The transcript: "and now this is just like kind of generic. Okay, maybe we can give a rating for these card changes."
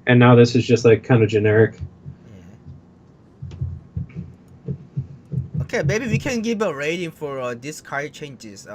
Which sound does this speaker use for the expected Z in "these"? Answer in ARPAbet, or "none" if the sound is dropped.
S